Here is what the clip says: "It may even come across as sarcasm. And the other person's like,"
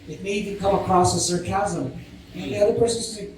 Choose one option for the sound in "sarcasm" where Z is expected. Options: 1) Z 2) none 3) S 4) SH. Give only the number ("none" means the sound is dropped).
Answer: 1